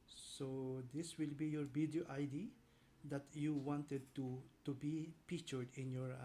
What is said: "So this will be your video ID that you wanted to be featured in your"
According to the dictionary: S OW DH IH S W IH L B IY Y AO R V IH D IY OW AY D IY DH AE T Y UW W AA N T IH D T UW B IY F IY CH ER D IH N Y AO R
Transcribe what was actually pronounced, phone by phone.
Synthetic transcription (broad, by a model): S OW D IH S W IH L B IY Y AO R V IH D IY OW AY D IY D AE T Y UW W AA N T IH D T UW B IY P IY CH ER D IH N Y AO R